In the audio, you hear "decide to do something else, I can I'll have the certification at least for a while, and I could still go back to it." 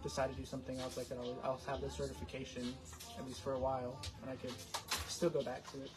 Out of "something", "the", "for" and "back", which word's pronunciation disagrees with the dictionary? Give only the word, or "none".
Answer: none